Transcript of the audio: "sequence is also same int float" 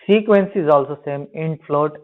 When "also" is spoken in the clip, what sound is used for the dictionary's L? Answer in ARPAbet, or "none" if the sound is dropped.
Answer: L